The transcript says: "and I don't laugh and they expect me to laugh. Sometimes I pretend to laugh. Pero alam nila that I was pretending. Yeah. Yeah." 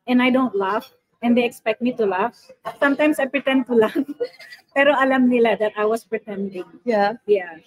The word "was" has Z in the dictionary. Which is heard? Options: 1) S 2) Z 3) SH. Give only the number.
1